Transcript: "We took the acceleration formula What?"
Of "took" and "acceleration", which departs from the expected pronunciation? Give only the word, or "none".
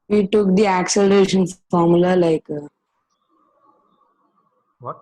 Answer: none